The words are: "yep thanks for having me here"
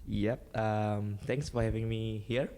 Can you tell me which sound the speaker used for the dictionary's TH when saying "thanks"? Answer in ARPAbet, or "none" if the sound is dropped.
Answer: T